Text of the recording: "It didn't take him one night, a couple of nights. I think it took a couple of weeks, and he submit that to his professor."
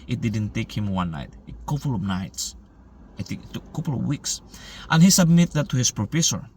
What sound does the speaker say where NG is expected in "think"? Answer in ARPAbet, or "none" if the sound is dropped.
none